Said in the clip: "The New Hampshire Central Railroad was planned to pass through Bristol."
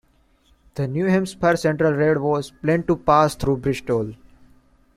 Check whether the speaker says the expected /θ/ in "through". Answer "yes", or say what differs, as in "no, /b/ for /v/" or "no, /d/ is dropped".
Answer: no, /t/ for /θ/